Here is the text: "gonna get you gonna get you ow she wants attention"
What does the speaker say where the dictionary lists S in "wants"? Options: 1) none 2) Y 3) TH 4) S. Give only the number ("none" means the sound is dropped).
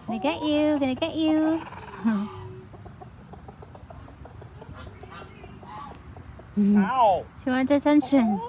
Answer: 1